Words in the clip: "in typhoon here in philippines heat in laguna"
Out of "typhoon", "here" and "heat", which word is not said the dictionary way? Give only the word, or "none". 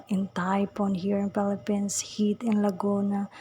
typhoon